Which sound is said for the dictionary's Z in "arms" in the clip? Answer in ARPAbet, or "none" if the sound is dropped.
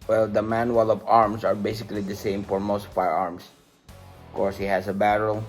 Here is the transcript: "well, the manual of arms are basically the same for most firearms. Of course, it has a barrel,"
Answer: S